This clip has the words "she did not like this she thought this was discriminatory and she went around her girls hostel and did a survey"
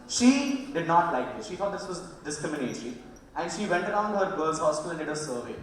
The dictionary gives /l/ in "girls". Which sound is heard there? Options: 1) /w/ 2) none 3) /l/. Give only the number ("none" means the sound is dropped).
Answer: 2